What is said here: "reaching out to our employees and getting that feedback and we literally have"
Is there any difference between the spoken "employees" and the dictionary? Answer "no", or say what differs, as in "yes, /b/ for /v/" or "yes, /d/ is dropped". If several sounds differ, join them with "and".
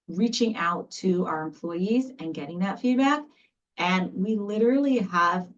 no